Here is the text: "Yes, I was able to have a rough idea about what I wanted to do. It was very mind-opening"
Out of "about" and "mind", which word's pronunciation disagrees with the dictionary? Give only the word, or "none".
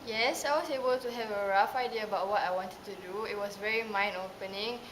mind